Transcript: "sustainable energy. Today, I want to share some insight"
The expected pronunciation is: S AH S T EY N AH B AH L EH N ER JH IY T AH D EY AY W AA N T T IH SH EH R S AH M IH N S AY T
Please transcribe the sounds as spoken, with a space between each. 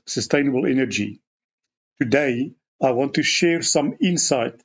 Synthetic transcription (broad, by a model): S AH S T EY N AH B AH L EH N ER JH IY T AH D EY AY W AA N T T IH SH EH R S AH M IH N S AY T